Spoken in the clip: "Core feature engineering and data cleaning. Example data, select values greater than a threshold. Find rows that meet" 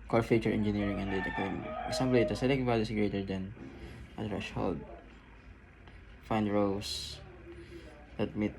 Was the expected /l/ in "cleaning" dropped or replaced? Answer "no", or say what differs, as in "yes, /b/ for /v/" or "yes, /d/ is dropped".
yes, /l/ is dropped